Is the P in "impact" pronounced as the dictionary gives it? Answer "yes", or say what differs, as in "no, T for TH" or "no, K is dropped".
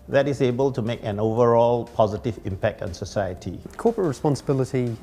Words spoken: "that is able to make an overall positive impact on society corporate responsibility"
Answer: yes